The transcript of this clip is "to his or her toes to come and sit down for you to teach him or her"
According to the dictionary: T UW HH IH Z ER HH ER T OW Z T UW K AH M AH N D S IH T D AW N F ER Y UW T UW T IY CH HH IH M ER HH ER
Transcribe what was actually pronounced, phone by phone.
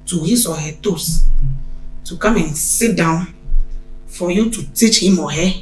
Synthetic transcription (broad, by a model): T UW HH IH S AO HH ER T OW S T UW K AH M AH N S IH T D AW N F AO Y UW T UW T IY CH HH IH M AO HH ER